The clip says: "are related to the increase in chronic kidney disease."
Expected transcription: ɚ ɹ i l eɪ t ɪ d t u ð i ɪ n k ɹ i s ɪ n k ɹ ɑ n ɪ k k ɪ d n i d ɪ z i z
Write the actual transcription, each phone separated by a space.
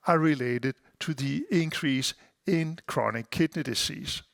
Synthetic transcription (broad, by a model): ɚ ɹ i l eɪ t ɪ d t u ð i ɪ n k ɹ i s ɪ n k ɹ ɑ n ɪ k k ɪ d n i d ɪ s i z